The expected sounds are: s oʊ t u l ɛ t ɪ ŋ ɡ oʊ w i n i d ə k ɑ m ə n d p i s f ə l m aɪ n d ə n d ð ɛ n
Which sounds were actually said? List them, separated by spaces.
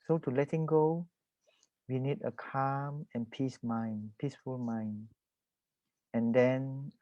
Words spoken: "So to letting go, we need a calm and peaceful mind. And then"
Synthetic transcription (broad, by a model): s oʊ t u l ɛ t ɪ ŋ ɡ oʊ w i n i d ə k ɑ m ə n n p i s f ə l m aɪ n ə n d ɛ n